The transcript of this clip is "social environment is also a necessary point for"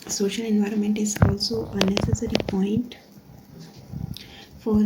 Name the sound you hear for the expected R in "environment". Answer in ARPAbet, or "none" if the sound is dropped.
R